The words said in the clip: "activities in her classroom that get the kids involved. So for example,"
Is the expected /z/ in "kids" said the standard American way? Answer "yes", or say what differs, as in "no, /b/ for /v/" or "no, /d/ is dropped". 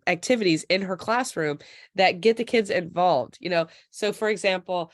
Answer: yes